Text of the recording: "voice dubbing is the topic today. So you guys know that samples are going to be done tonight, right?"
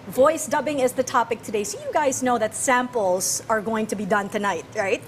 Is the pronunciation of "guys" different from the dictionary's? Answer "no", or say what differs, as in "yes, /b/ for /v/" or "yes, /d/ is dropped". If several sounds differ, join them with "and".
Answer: no